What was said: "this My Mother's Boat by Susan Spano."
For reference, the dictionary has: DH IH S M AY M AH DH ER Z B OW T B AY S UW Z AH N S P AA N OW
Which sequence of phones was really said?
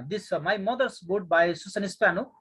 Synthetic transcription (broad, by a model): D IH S M AY M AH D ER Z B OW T B AY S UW S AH N S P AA N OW